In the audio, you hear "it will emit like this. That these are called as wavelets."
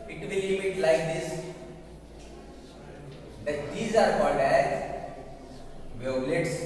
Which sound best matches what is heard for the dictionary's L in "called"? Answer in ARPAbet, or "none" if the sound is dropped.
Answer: N